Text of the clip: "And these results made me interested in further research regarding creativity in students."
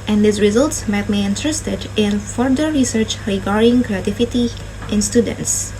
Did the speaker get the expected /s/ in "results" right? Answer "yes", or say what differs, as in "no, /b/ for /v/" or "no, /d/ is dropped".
yes